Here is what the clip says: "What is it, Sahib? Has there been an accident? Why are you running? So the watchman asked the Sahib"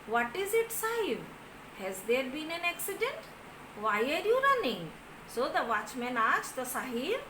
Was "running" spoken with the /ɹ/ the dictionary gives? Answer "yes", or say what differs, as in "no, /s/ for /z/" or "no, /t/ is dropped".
yes